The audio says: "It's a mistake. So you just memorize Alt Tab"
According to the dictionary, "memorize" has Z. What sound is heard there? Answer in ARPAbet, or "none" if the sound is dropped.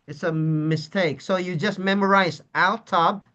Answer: Z